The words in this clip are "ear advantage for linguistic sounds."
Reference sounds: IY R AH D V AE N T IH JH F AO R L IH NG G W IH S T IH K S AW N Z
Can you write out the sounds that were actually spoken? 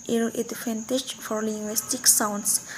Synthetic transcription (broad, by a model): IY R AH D F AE N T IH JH F AO R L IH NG G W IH S T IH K S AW N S